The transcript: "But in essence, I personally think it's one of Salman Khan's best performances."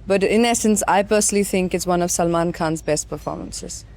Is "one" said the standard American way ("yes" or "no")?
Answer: yes